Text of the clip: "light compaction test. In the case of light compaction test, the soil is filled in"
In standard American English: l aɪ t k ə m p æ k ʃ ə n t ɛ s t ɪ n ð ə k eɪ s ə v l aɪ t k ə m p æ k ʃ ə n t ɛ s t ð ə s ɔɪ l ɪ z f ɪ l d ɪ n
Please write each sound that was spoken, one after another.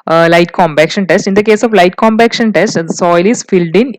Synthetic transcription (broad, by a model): l aɪ t k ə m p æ k ʃ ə n t ɛ s t ɪ n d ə k eɪ s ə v l aɪ t k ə m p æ k ʃ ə n t ɛ s t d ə s ɔɪ l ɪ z f ɪ l d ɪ n